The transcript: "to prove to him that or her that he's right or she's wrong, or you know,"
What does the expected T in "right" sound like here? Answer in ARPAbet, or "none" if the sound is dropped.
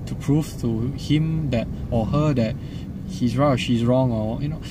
none